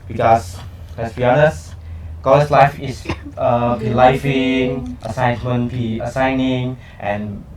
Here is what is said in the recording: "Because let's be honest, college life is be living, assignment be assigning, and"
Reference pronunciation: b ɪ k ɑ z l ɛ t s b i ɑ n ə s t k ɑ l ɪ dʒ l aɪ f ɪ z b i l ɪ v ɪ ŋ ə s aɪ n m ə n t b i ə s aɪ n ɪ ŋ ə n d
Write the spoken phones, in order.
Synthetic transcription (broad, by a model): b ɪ k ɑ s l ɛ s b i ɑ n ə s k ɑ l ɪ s l aɪ f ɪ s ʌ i l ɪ f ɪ ŋ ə s aɪ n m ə n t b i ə s aɪ n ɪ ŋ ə n